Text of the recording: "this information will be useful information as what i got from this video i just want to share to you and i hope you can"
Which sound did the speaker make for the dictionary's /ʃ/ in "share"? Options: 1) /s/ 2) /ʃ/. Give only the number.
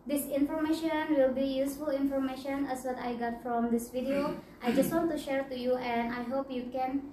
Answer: 2